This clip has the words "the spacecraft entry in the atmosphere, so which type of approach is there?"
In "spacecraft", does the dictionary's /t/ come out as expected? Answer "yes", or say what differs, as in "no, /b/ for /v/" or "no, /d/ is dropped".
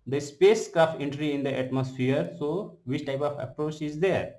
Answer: no, /t/ is dropped